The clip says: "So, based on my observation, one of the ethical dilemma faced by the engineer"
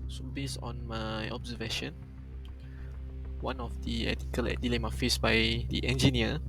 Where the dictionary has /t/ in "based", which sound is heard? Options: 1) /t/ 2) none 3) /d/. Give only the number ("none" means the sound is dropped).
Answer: 2